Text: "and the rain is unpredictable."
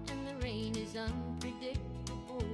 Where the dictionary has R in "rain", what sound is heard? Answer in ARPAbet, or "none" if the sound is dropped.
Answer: R